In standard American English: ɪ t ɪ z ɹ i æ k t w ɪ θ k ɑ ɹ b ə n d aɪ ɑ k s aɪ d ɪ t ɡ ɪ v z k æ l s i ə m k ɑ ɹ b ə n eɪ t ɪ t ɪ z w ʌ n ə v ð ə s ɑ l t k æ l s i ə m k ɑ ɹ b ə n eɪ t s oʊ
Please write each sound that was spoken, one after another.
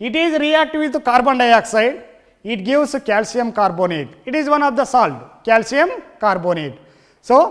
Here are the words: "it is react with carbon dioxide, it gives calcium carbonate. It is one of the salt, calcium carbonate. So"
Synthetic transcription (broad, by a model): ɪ t ɪ z ɹ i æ k t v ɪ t k ɑ ɹ b ə n d aɪ ɑ k s aɪ d ɪ t ɡ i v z k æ l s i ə m k ɑ ɹ b ə n eɪ t ɪ t ɪ z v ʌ n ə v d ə s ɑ l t k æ l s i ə m k ɑ ɹ b ə n eɪ t s oʊ